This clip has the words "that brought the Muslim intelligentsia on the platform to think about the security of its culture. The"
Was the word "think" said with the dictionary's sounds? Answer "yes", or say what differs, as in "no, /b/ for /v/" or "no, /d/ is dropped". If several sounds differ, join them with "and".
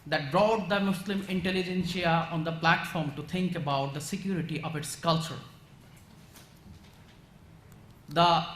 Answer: no, /t/ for /θ/